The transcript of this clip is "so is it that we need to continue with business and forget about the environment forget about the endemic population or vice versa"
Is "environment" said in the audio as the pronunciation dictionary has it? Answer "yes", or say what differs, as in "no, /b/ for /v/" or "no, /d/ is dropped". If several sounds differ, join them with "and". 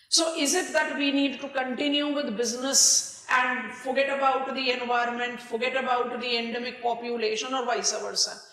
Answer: yes